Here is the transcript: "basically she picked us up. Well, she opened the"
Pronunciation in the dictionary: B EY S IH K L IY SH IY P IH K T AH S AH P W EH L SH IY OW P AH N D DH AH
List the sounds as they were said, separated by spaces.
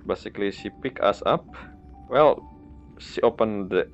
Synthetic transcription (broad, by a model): B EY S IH K L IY S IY P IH K AA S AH P W EH L S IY OW P AH N D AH